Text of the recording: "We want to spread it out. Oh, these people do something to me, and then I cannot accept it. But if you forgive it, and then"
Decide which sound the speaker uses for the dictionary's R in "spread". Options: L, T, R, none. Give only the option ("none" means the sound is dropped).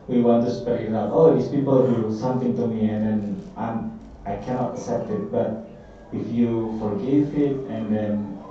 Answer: none